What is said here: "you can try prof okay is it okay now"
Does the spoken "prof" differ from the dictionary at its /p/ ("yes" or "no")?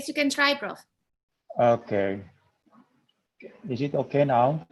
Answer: yes